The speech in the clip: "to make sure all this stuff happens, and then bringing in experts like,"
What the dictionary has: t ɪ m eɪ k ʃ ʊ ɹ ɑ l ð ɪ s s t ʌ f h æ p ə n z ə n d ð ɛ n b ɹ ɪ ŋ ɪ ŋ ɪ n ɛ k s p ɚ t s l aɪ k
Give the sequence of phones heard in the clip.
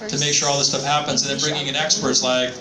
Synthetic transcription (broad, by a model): t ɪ m eɪ k ʃ ʊ ɹ ɑ l ð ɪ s s t ʌ f h æ p ə n z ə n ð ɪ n b ɹ ɪ ŋ ɪ ŋ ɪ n ɛ k s p ɚ t s l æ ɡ